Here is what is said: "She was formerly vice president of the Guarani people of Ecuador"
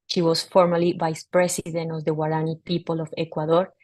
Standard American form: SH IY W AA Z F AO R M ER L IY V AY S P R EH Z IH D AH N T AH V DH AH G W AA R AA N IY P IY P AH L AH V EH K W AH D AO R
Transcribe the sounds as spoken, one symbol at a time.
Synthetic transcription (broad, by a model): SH IY W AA S F AO R M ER L IY V AY S P R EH S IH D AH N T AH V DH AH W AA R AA N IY P IY P AH L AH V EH K W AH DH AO R